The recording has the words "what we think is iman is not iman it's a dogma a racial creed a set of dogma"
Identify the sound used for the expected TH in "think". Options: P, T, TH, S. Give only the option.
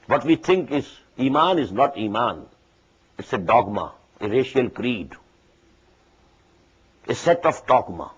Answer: T